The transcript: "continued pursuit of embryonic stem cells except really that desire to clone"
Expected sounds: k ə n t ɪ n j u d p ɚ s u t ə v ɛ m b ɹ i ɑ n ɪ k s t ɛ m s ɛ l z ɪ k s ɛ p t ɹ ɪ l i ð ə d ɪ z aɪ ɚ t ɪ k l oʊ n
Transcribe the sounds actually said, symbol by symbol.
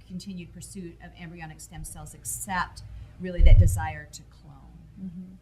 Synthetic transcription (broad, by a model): k n t ɪ n j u d p ɚ s u t ə v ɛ m b ɹ i ɑ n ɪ k s t ɛ m s ɛ l z ɪ k s ɛ p t ɹ ɪ l i ð ə d ɪ z aɪ ɚ t ɪ k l oʊ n